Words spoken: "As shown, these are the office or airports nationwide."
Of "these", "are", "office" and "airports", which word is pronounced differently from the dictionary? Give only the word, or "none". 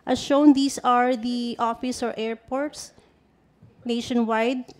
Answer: these